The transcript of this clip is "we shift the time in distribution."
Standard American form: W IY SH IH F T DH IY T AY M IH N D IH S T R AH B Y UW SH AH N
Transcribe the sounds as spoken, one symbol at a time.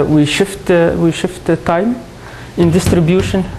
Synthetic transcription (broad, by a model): W IY SH IH F T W IY T AY M IH N D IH S T R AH B Y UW SH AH N